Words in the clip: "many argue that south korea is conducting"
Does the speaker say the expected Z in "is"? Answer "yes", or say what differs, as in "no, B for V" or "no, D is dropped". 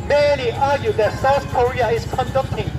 no, S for Z